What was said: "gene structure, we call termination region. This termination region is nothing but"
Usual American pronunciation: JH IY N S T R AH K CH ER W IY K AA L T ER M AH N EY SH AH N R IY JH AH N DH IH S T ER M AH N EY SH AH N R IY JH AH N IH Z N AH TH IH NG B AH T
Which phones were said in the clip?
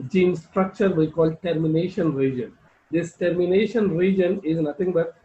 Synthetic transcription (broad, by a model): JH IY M S T R AH K CH ER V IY K AA L T ER M AH N EY SH AH N R IY JH AH N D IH S T ER M AH N EY SH AH N R IY JH AH N IH Z N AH T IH NG B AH T